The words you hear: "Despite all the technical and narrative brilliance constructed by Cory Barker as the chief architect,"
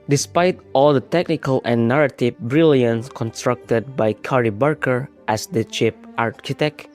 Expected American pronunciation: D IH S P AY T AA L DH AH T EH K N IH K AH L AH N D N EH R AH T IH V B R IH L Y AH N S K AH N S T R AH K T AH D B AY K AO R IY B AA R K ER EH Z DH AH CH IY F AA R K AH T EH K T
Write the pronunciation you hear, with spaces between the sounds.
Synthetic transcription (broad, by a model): D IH S P AY T AA L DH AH T EH K N IH K AH L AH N N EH R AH T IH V B R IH L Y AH N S K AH N S T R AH K T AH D B AY K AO R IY B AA R K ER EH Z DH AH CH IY P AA R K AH T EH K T